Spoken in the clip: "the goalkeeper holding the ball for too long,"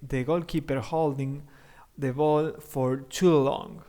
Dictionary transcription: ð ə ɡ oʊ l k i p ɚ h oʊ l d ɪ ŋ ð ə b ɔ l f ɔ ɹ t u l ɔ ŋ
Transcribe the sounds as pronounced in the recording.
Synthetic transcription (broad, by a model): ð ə ɡ oʊ l k i p ɚ h oʊ l d ɪ ŋ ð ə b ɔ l f ɔ ɹ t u l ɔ ŋ